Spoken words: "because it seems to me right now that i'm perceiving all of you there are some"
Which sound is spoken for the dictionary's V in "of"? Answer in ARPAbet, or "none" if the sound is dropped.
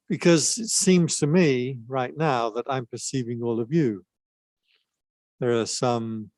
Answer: V